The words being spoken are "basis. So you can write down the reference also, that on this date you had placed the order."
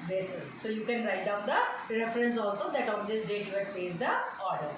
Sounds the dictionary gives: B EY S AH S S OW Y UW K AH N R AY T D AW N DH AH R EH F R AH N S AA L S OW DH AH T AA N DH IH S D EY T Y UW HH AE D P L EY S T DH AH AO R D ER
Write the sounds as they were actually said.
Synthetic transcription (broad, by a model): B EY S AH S S OW Y UW K AH N R AY T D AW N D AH R EH F R AH N S AA L S OW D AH T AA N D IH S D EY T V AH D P EY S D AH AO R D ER